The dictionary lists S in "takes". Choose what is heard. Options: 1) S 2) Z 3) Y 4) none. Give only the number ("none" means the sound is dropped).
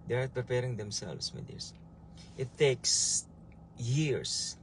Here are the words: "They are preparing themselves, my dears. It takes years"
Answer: 1